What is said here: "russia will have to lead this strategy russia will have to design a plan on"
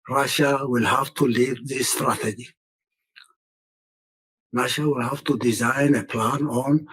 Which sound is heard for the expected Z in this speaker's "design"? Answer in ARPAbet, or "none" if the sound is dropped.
Z